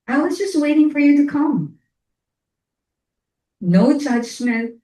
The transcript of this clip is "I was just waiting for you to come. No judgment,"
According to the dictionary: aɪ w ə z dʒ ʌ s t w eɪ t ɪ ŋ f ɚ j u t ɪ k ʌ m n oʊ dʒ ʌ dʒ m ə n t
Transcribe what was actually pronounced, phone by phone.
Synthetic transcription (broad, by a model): aɪ w ə z dʒ ʌ s t w eɪ t ɪ ŋ f ɚ j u t ɪ k ʌ m n oʊ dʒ ʌ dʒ m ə n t